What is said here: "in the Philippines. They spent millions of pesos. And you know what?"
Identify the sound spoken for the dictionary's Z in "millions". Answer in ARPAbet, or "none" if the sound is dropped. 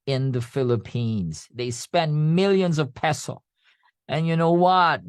Z